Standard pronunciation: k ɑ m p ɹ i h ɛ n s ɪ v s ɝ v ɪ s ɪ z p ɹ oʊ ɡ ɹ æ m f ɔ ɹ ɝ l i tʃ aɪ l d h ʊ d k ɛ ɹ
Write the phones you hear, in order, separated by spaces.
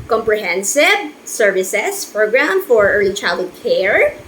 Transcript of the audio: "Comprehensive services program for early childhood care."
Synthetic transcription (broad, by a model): k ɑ m p ɹ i h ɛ n s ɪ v s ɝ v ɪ s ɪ s p ɹ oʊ ɡ ɹ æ m f ɔ ɹ ɝ l i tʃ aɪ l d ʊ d k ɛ ɹ